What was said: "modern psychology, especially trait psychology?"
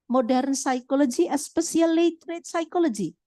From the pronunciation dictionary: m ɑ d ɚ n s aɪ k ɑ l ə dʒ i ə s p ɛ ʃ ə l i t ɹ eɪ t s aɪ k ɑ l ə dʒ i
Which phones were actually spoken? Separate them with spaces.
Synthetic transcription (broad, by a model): m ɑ d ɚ n s aɪ k ɑ l ə dʒ i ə s p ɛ s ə l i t ɹ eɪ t s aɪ k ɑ l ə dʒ i